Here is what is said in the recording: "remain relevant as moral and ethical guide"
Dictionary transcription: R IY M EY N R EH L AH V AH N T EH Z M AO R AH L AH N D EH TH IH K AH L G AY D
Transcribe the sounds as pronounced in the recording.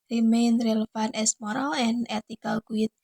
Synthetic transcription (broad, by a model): R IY M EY N R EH L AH F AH N EH S M AO R AH L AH N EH T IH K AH L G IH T